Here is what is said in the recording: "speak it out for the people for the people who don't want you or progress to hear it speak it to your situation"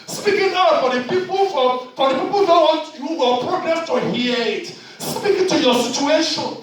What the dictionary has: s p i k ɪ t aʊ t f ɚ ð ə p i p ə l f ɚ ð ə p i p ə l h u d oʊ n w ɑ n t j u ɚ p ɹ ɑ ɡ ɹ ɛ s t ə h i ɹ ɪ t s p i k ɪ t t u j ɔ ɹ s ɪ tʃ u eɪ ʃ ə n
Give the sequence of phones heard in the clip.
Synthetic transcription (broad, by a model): s p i k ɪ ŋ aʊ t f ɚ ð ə p i p ə l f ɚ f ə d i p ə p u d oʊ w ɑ t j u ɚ p ɹ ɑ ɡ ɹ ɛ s t ə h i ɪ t s p i k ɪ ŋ t u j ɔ s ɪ tʃ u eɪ ʃ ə n